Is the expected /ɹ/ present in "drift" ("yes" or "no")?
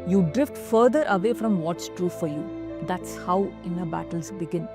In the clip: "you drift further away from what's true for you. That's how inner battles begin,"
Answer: yes